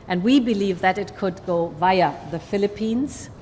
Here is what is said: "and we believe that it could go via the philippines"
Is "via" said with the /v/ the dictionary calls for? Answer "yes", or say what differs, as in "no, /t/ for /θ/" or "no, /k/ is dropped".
yes